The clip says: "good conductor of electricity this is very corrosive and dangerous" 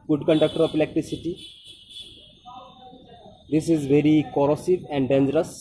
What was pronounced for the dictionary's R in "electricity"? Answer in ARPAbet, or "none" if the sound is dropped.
none